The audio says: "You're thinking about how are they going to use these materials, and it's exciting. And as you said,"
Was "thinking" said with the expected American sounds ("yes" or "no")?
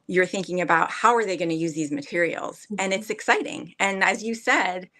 yes